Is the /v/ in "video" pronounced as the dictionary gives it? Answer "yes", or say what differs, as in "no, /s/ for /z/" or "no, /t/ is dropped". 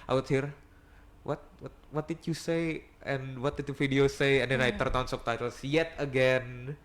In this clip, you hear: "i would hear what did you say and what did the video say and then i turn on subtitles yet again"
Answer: no, /f/ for /v/